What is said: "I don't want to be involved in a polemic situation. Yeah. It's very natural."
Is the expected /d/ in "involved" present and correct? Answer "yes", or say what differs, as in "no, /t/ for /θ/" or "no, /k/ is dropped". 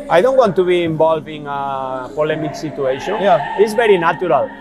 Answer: no, /d/ is dropped